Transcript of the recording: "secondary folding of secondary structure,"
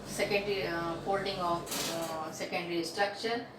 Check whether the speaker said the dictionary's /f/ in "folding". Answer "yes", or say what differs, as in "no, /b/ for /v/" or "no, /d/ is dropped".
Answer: no, /p/ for /f/